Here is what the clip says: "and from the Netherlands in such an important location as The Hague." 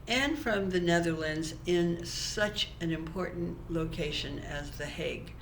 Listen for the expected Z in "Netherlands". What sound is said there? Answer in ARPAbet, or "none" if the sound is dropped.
Z